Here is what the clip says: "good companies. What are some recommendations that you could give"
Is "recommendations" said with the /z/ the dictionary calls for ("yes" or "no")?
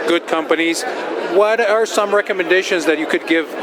yes